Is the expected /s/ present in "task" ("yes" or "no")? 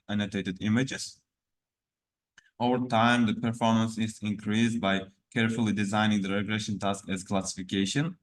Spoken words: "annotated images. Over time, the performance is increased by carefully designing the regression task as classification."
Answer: yes